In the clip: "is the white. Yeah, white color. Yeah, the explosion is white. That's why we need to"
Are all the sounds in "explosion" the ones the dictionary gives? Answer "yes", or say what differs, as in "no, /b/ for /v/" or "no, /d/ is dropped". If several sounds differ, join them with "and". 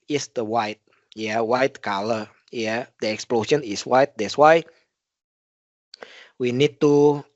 no, /ʃ/ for /ʒ/